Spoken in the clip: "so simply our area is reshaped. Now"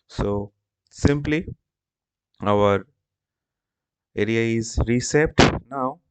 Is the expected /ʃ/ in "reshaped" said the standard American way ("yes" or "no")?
no